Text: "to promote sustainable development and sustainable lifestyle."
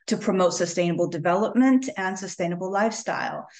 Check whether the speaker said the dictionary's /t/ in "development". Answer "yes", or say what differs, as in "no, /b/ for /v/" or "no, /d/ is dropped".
yes